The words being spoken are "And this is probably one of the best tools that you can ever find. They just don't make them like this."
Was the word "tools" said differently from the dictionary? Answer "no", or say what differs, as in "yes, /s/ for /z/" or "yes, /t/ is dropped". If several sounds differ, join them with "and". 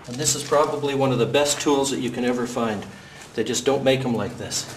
no